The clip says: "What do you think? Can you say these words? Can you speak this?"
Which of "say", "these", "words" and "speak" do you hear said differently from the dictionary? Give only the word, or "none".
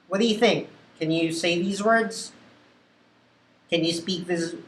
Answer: none